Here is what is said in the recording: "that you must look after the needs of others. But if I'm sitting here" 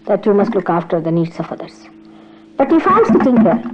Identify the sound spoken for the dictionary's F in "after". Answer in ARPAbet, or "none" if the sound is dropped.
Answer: F